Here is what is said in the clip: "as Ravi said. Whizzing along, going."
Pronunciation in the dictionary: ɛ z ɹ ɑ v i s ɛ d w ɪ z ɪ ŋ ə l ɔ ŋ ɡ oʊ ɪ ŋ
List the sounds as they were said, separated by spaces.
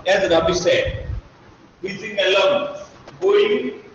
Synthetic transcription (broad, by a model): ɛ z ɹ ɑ b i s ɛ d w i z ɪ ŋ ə l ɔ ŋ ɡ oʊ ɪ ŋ